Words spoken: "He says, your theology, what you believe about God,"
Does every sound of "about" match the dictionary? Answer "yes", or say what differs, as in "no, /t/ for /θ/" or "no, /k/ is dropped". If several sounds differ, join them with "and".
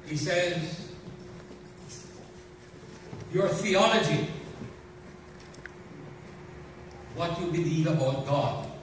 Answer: no, /b/ is dropped